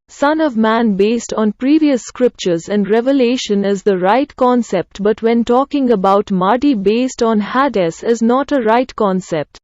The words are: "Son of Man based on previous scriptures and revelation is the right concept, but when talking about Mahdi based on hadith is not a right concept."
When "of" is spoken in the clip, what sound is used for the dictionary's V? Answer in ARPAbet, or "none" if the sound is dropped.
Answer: V